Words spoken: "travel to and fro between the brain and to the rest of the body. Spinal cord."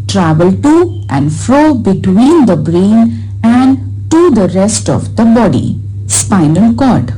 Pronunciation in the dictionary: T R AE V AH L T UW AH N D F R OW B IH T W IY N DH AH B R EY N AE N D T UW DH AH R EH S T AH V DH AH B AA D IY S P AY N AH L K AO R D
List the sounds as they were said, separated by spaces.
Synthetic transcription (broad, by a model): T R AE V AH L T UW AH N D F R OW B IH T W IY N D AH B R EY N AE N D T UW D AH R EH S T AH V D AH B AA D IY S P AY N AH L K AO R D